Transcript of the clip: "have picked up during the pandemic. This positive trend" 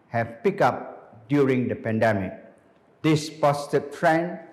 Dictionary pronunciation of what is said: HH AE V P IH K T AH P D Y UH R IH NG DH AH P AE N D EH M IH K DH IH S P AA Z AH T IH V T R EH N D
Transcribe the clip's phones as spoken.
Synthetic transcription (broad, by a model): HH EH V P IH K AA P D Y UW R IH NG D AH P AE N D EH M IH K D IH S P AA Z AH T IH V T R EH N